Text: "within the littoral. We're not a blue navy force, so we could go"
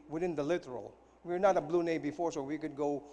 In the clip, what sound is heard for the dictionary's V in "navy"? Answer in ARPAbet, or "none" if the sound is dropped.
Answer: B